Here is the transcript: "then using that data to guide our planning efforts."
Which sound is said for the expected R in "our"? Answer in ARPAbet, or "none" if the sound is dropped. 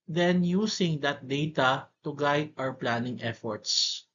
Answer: W